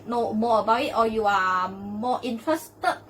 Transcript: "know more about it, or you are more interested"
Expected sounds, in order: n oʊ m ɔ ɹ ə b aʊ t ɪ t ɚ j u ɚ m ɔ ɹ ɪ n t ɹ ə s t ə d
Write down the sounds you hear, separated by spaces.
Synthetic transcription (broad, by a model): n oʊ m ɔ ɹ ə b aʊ ɪ t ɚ j u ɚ m ɔ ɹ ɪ n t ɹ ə s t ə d